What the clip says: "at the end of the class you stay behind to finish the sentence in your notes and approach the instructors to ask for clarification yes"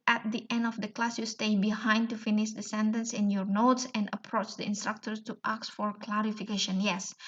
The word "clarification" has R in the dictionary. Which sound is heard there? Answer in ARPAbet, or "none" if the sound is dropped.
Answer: R